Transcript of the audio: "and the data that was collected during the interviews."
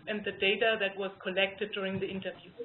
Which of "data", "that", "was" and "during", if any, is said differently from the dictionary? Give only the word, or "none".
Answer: none